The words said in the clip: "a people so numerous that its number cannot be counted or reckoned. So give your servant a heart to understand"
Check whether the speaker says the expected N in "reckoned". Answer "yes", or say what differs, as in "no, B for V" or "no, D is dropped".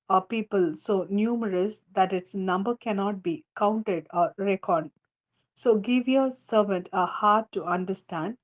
no, N is dropped